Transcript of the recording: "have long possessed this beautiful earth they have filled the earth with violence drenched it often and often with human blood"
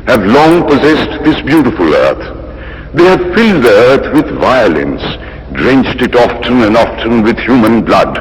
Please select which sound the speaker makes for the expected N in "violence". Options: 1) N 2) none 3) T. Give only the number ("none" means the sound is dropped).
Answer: 1